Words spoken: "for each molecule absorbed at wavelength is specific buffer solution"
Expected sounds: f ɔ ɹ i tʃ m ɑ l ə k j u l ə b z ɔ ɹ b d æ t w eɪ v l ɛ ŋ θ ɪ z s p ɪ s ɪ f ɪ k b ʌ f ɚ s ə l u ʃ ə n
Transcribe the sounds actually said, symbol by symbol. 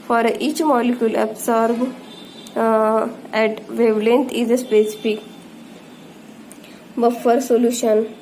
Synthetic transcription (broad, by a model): f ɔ ɹ i tʃ m ɑ l ə k j u l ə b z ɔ ɹ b æ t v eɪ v l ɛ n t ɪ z s p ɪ s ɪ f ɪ k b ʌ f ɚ s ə l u ʃ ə n